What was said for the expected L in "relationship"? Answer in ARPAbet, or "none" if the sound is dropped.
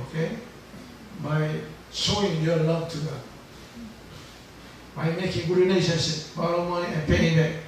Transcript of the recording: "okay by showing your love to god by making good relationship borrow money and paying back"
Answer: N